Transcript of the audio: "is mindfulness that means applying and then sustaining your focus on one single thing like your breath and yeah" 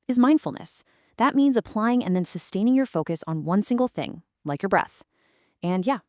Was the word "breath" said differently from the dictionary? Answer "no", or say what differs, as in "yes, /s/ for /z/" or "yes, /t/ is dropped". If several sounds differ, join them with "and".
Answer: no